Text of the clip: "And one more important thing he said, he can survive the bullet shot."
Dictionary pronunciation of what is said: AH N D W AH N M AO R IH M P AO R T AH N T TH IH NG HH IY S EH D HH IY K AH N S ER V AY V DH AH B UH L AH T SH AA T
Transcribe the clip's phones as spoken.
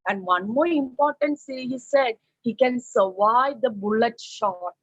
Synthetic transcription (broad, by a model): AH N D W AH N M AO R IH M P AO R T AH N T S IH HH IY S EH D HH IY K AH N S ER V AY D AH B UH L AH T SH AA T